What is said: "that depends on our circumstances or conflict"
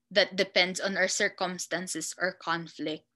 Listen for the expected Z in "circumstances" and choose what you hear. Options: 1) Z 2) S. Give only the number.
2